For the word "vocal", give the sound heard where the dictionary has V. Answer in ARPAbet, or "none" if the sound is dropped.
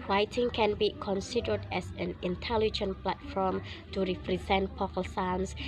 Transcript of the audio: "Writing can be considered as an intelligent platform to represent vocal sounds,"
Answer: P